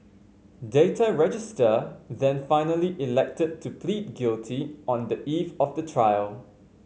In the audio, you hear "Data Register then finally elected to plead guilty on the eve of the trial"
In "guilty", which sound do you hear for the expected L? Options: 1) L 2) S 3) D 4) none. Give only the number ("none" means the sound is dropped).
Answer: 1